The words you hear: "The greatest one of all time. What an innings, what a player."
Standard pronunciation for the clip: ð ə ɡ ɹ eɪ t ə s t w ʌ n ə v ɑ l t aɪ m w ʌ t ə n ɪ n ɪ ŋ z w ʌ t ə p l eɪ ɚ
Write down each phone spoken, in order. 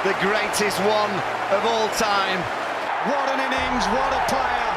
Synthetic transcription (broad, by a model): ð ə ɡ ɹ eɪ t ə s t w ʌ n ə v ɑ l t aɪ m w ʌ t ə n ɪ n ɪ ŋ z w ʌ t ə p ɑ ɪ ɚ